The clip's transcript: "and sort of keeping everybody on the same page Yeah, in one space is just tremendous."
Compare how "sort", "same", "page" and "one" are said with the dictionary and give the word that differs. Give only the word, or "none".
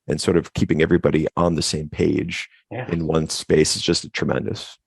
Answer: none